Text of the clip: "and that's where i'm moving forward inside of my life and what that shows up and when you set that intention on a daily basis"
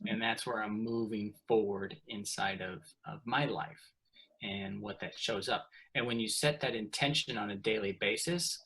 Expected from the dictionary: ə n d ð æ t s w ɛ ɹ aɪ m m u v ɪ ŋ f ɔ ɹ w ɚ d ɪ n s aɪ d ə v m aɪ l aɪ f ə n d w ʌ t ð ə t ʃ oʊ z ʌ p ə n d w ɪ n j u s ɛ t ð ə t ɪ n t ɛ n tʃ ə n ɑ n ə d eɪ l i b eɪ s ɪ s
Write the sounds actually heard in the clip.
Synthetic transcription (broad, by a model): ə n ð æ t s w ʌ ɹ aɪ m m u v ɪ ŋ f ɔ ɹ w ɚ d ɪ n s aɪ d ə v m aɪ l aɪ f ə n w ʌ t ð ə t ʃ oʊ z ʌ p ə n w ɪ n j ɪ s ɛ t ð ə t ɪ n t ɛ n ʃ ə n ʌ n ə d eɪ l i b eɪ s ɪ s